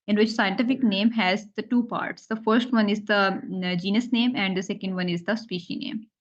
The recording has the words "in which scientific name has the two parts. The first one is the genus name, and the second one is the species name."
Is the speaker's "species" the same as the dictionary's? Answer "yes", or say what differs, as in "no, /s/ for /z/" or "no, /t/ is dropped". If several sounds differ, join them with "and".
no, /z/ is dropped